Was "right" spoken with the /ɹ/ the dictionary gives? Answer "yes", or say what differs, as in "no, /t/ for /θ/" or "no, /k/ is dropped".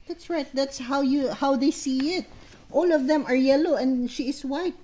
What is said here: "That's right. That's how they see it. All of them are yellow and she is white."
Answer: yes